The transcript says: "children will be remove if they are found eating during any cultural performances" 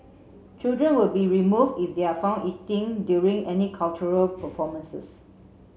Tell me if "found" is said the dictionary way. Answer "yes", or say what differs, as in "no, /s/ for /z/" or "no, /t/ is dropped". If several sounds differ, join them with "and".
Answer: no, /d/ is dropped